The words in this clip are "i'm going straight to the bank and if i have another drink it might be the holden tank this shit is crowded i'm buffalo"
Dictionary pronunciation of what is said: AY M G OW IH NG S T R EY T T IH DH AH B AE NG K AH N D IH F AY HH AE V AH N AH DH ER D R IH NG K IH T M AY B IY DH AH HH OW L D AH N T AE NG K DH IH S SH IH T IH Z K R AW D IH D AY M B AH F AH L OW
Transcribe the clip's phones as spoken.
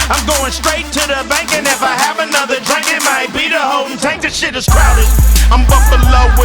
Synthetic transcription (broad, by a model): AY M G OW IH NG S T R EY T T IH DH AH B AE NG K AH N IH F AY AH V AH N AH DH ER D R IH NG K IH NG M AY B IY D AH HH OW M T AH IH K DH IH SH IH T IH Z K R AW D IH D AY M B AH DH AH L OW